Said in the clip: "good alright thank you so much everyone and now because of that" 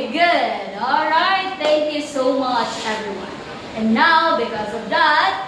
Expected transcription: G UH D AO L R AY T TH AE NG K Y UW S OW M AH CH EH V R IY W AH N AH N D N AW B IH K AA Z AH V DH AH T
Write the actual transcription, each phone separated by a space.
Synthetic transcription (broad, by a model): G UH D AO L R AY T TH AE NG K Y UW S OW M AH CH EH V R IY W AH N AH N N AW B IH K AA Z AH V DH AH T